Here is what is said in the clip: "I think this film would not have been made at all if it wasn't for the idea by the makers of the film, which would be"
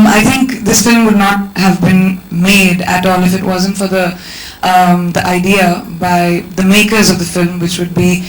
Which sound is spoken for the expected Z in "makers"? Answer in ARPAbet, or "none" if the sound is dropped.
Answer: Z